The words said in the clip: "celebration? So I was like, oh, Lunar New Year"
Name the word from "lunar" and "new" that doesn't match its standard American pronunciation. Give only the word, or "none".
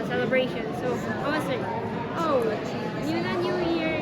lunar